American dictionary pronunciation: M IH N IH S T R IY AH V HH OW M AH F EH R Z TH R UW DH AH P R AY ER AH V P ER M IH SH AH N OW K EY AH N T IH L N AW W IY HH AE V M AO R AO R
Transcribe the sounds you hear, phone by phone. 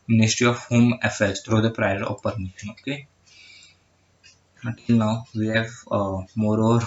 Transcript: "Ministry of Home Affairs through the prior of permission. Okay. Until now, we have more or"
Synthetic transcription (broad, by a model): M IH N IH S T R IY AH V HH OW M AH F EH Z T R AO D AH P R AY ER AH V P ER M IH SH AH N OW K EY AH T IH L N AW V IY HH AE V M AO R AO R